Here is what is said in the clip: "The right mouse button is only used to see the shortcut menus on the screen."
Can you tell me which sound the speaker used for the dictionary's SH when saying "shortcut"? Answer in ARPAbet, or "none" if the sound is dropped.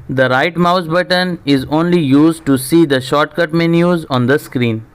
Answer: SH